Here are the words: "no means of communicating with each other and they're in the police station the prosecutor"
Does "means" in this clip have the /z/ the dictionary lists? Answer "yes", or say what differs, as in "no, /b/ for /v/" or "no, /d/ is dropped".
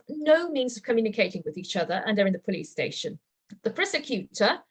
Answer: yes